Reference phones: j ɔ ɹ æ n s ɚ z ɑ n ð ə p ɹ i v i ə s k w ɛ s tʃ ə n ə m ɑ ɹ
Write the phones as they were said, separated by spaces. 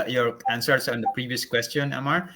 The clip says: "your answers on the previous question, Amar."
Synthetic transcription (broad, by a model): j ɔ ɹ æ n s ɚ s ɑ n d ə p ɹ i v i ə s k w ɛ s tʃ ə n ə m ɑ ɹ